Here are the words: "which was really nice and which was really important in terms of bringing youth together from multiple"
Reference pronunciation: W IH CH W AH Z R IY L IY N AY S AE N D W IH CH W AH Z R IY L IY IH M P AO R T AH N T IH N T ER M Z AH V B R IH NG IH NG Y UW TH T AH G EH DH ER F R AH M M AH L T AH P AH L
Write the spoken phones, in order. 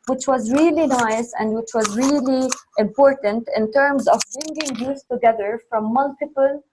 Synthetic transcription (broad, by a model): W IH CH W AH Z R IY L IY N AY S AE N D W IH CH W AH Z R IY L IY IH M P AO R T AH N T IH N T ER M Z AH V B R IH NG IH NG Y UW S T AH G EH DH ER F R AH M M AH L T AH P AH L